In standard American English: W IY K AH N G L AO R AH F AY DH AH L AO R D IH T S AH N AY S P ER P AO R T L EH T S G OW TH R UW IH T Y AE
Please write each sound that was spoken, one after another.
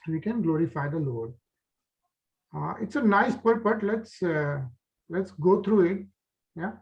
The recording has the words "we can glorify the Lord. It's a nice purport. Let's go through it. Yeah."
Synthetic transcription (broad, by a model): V IY K AH N G L AO R AH F AY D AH L AO R D IH T S AH N AY S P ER B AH L T L EH T S G OW T R UW IH T Y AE